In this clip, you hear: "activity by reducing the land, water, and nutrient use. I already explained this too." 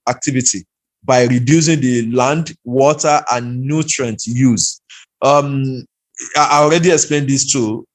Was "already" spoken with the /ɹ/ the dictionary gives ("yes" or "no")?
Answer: yes